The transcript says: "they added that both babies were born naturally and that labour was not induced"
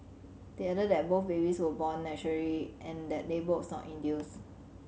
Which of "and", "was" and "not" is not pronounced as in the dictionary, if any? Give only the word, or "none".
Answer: was